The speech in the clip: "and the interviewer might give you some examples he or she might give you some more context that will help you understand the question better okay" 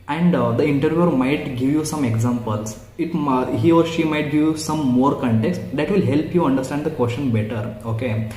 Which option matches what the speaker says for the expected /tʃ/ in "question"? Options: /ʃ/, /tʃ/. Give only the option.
/ʃ/